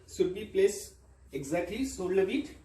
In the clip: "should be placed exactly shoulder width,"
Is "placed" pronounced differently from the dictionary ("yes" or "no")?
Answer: yes